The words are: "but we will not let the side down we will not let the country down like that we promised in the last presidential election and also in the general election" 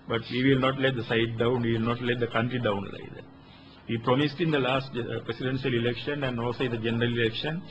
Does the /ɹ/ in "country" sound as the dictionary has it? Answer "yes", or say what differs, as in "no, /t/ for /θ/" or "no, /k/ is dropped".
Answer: yes